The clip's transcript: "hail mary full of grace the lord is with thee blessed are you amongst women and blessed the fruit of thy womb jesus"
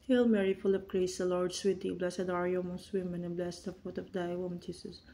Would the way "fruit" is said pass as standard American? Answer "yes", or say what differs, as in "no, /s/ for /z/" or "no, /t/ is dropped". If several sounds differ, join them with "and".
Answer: no, /ɹ/ is dropped